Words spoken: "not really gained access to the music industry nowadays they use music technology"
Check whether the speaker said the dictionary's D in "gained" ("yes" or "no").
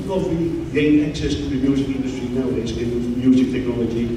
no